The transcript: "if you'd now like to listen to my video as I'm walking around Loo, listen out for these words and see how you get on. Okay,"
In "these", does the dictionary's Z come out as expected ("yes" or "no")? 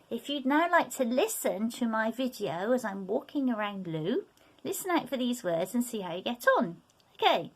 yes